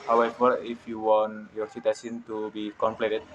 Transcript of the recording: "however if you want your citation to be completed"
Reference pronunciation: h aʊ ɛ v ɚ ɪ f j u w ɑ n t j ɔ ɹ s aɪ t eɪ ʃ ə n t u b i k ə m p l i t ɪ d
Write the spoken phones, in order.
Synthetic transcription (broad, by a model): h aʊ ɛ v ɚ ɪ f j u w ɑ n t j ɔ ɹ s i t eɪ s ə n t u b i k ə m p l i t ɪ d